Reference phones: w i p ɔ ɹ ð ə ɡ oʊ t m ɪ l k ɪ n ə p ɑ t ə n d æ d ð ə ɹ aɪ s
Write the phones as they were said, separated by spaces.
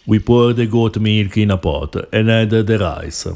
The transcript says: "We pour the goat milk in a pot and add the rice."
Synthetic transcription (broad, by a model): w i p ɔ ɹ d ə ɡ oʊ t m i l k ɪ n ə p ɑ t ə n d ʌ d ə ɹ aɪ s